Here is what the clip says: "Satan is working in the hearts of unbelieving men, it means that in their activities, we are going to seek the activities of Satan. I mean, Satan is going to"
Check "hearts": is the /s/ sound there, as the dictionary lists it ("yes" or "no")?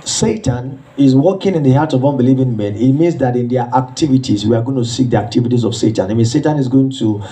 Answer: no